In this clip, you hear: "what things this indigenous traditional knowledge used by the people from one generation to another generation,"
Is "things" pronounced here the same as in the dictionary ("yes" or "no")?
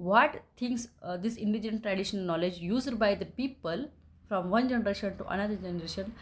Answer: no